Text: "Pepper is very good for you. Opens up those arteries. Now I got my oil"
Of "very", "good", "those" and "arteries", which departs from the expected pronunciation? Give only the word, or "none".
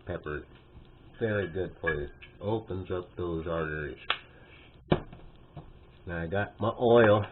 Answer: none